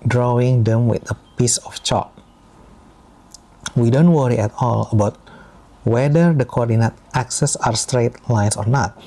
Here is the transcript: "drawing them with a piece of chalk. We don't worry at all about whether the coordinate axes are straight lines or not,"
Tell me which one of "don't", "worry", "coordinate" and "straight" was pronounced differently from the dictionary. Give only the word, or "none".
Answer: none